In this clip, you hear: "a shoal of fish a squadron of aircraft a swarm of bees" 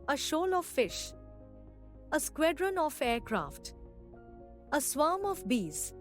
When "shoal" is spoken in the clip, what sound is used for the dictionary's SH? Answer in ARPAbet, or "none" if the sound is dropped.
SH